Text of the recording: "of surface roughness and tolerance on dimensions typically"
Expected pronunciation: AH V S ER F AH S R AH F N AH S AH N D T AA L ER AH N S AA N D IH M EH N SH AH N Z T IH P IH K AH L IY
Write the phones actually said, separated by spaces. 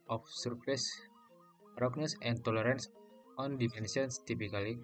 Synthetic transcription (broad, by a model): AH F S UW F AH S R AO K N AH S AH N T AA L ER AH N S AA N D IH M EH N S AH N S T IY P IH K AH L IY